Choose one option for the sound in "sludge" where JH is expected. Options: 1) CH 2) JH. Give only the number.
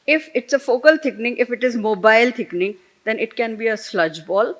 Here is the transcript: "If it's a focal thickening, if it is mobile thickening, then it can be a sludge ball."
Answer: 2